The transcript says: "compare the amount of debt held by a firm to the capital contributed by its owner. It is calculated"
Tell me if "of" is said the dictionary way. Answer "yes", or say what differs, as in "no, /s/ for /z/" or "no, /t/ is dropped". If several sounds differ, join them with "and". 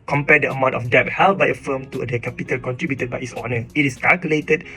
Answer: no, /f/ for /v/